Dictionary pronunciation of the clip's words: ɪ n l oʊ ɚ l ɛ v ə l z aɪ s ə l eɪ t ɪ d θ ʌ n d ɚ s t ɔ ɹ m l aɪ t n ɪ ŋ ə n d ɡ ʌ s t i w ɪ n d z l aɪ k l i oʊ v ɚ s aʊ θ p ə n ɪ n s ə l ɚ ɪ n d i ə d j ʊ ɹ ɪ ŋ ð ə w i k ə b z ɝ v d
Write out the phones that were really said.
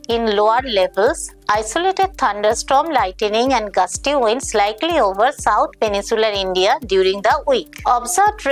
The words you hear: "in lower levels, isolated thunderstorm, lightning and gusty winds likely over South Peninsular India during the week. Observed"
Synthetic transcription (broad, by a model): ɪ n l oʊ ɚ l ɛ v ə l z aɪ s ə l eɪ t ɪ d t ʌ n d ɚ s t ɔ m l aɪ t n ɪ ŋ ə n d ɡ ʌ s t i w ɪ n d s l aɪ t l i oʊ v ɚ s aʊ t p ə n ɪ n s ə l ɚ ɪ n d i ə d j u ɹ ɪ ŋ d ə w i k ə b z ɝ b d